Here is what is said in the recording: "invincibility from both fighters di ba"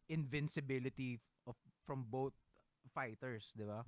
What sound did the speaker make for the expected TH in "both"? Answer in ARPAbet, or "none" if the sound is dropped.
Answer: T